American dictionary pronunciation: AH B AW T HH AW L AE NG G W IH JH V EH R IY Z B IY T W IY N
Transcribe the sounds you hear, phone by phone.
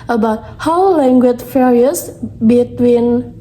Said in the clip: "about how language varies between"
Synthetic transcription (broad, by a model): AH B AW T HH AW L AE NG G W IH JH F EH R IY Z B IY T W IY N